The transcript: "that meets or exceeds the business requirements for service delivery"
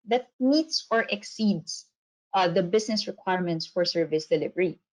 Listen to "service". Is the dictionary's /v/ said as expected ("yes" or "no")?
yes